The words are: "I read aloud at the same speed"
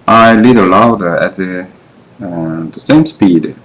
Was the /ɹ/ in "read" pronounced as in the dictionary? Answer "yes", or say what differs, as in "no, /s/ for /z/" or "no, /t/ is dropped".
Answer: no, /l/ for /ɹ/